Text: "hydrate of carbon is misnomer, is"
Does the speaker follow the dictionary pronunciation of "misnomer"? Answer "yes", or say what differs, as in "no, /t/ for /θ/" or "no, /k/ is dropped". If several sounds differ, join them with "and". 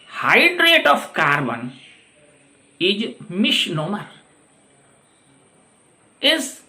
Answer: no, /ʃ/ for /s/